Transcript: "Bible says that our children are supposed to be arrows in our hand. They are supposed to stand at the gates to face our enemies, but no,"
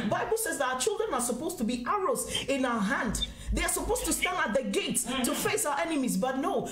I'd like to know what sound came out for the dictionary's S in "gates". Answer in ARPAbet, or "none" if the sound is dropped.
S